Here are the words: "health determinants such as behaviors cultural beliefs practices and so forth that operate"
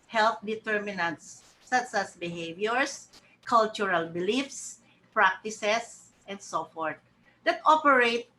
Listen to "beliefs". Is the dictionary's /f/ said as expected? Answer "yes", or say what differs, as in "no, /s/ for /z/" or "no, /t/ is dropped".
yes